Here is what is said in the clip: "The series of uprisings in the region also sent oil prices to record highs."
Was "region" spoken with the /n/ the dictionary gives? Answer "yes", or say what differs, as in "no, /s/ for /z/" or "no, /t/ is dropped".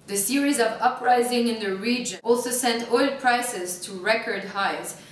no, /n/ is dropped